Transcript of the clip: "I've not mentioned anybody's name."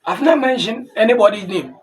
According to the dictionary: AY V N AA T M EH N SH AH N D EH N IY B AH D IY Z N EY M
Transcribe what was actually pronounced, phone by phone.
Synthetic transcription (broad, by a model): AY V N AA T M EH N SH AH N EH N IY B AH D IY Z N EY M